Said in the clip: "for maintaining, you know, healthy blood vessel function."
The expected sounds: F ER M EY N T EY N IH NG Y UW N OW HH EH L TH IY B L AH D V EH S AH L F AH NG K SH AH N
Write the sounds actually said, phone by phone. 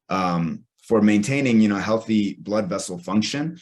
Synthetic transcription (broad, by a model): F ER M EY N T EY N IH NG Y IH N OW HH EH L TH IY B L AH D V EH S L F AH NG K SH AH N